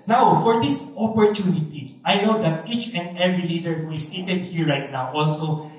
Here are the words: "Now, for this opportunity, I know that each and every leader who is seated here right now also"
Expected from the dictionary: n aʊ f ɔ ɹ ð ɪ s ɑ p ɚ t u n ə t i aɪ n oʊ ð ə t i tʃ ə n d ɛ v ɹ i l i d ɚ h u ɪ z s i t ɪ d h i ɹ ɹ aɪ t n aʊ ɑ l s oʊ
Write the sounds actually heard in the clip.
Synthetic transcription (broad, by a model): n aʊ f ɔ ɹ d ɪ s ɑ p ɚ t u n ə t i aɪ n oʊ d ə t i tʃ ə n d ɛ ɹ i l i d ɚ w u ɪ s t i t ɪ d h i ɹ ɹ aɪ t n aʊ ɑ l s oʊ